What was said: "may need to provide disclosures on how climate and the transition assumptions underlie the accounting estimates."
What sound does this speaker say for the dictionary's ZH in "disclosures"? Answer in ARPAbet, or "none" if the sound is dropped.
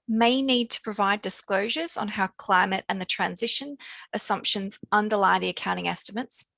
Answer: ZH